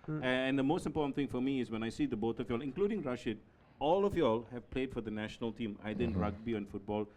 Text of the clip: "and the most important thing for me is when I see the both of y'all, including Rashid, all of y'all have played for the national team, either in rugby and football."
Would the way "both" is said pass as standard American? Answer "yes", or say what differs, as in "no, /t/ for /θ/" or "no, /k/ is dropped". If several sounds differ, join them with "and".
no, /t/ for /θ/